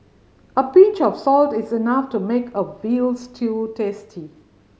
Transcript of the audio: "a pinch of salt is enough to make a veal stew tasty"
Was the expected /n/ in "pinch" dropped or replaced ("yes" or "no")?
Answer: yes